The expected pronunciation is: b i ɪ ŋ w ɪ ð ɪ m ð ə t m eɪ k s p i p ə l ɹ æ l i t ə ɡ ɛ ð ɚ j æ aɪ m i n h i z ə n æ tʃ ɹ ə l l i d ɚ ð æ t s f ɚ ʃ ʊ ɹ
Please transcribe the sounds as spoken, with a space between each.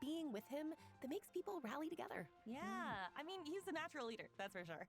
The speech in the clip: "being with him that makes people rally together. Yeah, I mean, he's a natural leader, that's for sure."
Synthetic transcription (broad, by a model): i ɪ ŋ w ɪ ð ɪ m ð ə t m eɪ k s p i p l ɹ æ l i t ə ɡ ɛ ð ɚ j æ aɪ m i n h i z ə n æ tʃ ɹ l l i d ɚ ð æ t s f ɚ ʃ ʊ ɹ